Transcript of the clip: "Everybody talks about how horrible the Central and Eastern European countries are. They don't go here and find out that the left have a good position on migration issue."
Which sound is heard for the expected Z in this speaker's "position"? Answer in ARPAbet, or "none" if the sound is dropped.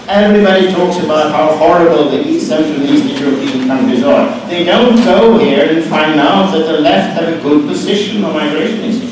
Z